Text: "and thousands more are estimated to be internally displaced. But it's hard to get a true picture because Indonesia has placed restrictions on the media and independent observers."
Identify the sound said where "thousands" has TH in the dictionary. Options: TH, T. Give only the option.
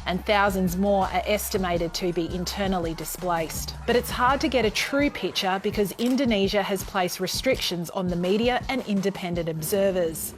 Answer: TH